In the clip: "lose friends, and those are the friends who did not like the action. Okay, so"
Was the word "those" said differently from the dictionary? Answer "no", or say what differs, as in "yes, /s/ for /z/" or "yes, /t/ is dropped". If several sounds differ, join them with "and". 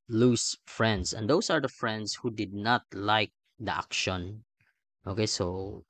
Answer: yes, /s/ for /z/